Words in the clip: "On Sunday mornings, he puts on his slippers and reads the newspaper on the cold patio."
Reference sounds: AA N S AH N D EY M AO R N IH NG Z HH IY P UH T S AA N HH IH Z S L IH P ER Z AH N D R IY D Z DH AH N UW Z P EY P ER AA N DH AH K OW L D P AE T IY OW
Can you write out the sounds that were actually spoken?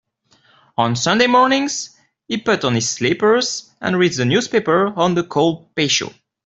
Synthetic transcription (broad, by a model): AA N S AH N D EY M AO R N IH NG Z HH IY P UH T AA N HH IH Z S L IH P ER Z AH N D R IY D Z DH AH N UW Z P EY P ER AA N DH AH K OW L D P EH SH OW